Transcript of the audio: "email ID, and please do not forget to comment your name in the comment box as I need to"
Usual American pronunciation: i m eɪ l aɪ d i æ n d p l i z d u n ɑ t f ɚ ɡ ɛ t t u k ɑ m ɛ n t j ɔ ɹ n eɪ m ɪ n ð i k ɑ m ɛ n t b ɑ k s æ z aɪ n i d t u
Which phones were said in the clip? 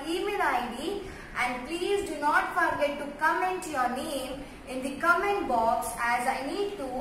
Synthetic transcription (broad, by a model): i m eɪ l aɪ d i æ n d p l i z d u n ɑ t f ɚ ɡ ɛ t t u k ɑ m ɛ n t j ɔ ɹ n eɪ m ɪ n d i k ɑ m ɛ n b ɑ k s æ z aɪ n i d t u